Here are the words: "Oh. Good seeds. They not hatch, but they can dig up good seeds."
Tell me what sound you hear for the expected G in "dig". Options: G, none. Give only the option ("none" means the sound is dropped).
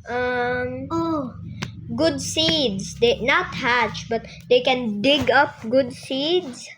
G